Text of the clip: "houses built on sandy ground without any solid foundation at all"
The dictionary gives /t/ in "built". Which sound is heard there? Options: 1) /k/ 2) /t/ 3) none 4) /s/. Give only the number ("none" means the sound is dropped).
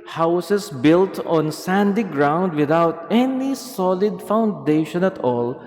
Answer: 2